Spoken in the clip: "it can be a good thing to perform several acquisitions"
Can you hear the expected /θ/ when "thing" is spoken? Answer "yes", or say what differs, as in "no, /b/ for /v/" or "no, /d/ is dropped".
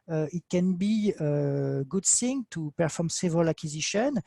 no, /s/ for /θ/